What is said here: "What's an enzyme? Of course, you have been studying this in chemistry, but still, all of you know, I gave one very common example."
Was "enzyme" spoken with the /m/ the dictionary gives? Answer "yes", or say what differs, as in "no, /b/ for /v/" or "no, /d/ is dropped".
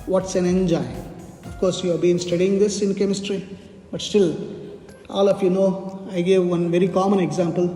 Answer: no, /m/ is dropped